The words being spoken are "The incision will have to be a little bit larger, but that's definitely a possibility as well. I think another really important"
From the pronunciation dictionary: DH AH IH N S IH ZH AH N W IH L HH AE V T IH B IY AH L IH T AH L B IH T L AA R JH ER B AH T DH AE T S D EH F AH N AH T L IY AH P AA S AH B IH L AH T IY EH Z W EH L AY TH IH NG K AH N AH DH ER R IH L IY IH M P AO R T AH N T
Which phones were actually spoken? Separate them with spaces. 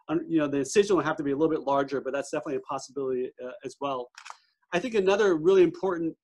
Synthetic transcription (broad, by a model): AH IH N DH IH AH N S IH N HH AE F T IH B IY AH L IH T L B IH T L AA R JH ER B AH T DH AE T S D EH F AH N AH T L IY AH P AA S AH B IH L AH T IY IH Z W EH L AY TH IH NG K AH N AH DH ER R IH L IY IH M P AO R T N T